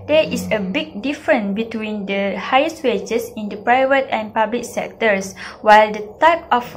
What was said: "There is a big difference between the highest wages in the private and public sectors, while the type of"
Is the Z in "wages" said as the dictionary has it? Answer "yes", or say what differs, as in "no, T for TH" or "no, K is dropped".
no, S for Z